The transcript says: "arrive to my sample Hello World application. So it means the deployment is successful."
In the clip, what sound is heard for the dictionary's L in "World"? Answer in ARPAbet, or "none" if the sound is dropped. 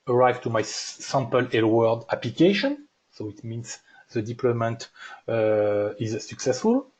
none